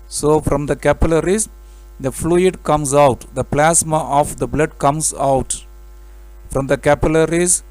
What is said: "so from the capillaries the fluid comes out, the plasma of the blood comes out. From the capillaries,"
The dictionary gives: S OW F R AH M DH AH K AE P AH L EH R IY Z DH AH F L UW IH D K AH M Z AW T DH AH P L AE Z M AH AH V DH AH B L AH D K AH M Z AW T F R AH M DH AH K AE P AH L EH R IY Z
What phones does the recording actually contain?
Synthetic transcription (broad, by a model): S OW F R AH M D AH K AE P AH L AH R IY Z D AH F L UW IH D K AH M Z AW T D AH P L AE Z M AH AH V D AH B L AH D K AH M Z AW T F R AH M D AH K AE P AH L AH R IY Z